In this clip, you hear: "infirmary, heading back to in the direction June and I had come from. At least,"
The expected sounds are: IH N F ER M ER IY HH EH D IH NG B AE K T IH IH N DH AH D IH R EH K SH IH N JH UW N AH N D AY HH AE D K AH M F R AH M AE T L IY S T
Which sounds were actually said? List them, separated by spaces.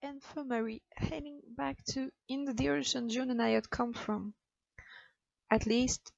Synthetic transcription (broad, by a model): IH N F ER M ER IY HH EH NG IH NG B AE K T IH IH N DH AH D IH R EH SH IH N JH UW N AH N AY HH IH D K AH M F R AH M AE T L IY S T